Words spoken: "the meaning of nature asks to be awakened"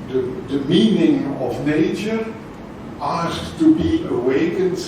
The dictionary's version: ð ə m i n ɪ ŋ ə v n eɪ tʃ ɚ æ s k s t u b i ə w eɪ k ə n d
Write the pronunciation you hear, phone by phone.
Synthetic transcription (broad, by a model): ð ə m i n ɪ ŋ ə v n eɪ tʃ ɚ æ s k t u b i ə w eɪ k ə n